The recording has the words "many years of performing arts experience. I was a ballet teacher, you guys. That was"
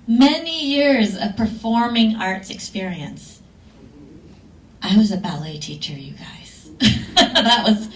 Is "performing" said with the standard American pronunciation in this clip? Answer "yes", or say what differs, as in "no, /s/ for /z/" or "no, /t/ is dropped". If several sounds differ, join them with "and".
yes